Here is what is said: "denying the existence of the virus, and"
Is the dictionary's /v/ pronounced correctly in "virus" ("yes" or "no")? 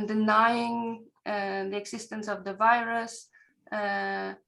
yes